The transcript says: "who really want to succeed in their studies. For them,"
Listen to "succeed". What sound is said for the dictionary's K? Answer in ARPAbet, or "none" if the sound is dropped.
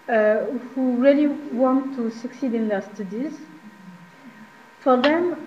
K